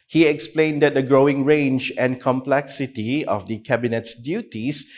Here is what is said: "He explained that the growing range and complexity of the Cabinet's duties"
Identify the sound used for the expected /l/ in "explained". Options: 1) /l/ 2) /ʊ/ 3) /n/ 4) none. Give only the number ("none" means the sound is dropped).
1